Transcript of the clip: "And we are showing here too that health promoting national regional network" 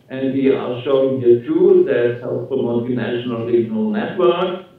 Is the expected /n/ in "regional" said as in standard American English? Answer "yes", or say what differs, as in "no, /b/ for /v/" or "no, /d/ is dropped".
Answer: no, /n/ is dropped